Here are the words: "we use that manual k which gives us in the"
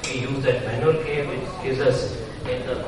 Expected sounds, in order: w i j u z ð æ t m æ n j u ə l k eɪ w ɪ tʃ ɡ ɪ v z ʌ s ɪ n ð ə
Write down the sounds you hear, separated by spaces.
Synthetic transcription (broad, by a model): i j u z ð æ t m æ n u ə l k eɪ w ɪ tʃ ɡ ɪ z ʌ s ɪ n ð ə